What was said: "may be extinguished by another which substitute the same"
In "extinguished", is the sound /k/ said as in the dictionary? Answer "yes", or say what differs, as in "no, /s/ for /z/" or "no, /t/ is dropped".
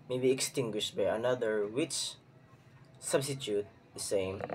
yes